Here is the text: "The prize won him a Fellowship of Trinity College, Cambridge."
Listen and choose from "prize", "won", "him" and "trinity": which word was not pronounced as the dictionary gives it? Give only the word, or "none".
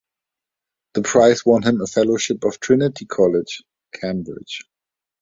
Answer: prize